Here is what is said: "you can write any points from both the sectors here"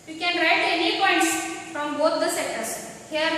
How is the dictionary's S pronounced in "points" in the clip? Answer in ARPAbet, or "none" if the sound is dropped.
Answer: S